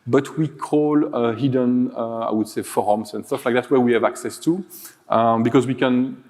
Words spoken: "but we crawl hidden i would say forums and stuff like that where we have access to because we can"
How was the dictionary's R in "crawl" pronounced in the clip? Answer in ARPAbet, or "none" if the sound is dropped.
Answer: none